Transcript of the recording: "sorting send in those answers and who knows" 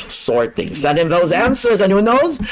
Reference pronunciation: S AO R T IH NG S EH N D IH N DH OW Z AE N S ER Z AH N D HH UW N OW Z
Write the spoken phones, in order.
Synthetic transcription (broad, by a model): S AO R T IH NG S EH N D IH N DH OW Z AE N S ER Z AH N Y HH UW N OW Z